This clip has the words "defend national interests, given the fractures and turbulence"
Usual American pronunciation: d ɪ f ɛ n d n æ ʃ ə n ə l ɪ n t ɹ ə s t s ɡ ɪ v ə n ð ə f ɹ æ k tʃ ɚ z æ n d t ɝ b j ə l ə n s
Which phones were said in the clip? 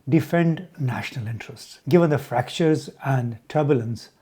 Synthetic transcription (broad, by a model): d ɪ f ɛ n d n æ ʃ ə n ə l ɪ n t ɹ ə s t s ɡ ɪ v ə n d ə f ɹ æ k tʃ ɚ z æ n d t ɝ b j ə l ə n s